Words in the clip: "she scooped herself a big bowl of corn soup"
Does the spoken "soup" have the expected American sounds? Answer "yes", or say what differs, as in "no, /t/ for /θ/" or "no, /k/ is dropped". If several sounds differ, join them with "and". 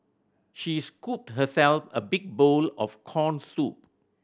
yes